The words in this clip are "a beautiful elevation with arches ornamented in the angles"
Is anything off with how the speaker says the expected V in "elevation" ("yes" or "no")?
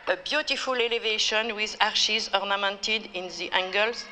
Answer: no